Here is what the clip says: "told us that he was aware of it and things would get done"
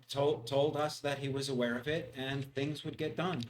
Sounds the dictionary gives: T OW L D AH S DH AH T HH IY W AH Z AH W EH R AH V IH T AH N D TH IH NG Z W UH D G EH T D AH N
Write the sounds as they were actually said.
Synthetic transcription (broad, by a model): T OW L D AH S DH AH T HH IY W AH Z AH W EH R AH V IH T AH N TH IH NG Z W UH D G EH T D AH N